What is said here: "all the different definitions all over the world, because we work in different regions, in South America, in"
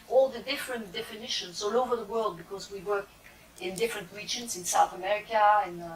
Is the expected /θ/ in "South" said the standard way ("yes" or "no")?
yes